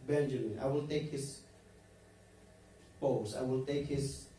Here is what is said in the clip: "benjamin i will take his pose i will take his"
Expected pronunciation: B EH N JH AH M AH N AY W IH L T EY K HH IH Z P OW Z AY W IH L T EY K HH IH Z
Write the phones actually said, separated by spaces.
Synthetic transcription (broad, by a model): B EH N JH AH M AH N AY W IH L T EY K HH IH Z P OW S AY W IH L T EY K HH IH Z